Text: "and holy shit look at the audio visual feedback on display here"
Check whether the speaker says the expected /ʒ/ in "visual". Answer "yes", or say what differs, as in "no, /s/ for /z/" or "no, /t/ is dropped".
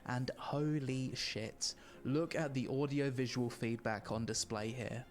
yes